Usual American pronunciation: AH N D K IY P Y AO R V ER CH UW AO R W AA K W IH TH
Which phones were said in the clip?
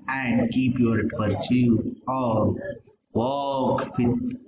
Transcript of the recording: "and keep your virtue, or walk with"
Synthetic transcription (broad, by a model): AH N D K IY P Y AO R P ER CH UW AO R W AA K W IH